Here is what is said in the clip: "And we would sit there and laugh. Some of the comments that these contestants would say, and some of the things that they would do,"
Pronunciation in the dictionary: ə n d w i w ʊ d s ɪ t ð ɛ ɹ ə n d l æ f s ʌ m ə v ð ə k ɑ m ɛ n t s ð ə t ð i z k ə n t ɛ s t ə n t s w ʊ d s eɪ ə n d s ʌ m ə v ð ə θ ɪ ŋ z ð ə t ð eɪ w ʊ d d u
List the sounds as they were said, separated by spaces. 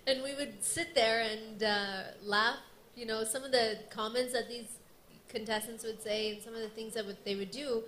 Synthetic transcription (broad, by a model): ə n w i w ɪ d s ɪ t ð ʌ ɹ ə n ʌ l æ f s ʌ m ə v ð ə k ɑ m ɛ n t s ð ə t ð i z k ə n t ɛ s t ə n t s w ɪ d s eɪ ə n s ʌ m ə v ð ə θ ɪ ŋ z ð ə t ð eɪ w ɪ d d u